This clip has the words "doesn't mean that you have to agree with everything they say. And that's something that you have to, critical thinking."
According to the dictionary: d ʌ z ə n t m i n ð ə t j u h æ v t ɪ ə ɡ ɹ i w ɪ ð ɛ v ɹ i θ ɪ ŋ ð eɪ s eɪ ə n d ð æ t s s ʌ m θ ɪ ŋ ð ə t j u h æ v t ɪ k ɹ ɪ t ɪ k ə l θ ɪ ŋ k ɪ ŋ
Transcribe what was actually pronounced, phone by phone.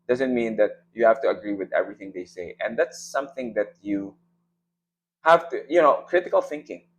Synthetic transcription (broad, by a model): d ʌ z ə n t m i n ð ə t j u h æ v t ɪ ə ɡ ɹ i w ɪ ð ɛ v ɹ i θ ɪ ŋ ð eɪ s eɪ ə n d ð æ t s s ʌ m θ ɪ ŋ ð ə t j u h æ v t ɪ k ɹ ɪ t ɪ k ə l θ ɪ ŋ k ɪ ŋ